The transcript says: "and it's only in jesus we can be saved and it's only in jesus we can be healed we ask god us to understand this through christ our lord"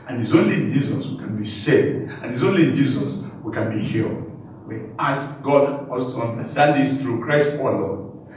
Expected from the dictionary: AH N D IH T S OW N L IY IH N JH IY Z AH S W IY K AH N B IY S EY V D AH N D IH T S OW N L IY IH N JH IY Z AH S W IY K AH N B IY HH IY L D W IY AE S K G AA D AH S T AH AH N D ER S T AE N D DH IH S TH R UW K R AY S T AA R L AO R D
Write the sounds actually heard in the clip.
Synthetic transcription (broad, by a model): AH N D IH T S OW N L IY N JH IY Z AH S W IY K AH N B IY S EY D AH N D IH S OW N L IY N JH IY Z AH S W IY K AH N B IY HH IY L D W IY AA S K G AA D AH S T AH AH N D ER S T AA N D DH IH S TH R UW K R AY S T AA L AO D